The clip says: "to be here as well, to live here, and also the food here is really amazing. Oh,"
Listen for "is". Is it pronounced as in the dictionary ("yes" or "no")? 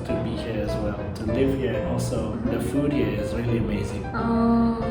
yes